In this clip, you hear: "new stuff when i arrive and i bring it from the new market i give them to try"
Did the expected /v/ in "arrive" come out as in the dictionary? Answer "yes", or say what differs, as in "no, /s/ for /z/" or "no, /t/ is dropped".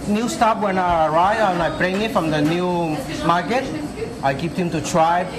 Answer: no, /v/ is dropped